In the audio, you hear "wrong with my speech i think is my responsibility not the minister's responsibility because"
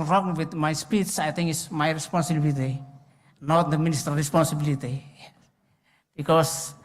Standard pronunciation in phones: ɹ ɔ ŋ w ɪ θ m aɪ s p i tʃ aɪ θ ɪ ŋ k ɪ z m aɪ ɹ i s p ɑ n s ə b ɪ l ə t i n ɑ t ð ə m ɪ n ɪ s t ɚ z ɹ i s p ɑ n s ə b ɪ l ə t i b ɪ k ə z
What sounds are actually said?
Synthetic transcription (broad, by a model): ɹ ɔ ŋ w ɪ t m aɪ s p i s aɪ t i ŋ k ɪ s m aɪ ɹ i s p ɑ n s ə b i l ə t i n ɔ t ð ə m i n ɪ s t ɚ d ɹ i s p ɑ n s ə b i l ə t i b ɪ k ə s